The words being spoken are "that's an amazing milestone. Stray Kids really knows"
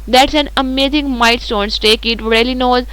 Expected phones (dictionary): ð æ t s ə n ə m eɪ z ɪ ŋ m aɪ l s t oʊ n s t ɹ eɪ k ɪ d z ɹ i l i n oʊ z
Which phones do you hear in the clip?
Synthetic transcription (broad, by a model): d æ t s ə n ə m eɪ z ɪ ŋ m aɪ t s t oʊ n s t eɪ k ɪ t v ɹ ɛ l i n oʊ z